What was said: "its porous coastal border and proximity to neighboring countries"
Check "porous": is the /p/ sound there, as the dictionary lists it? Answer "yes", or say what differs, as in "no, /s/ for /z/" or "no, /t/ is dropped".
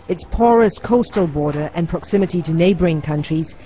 yes